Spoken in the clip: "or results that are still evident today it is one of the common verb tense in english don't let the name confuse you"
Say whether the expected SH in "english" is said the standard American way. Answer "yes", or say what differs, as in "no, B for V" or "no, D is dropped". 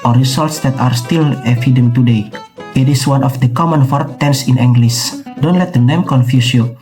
no, S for SH